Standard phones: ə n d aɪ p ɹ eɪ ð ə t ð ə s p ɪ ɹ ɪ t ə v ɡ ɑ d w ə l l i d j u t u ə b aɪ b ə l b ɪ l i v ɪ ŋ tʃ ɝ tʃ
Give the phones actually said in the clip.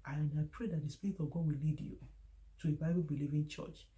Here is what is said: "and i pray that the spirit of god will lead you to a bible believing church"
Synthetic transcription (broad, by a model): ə n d aɪ p ɹ eɪ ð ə t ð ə s p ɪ ɹ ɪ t ə v ɡ ɑ d w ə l l i d j u t u ə b aɪ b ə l b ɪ l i v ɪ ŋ tʃ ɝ tʃ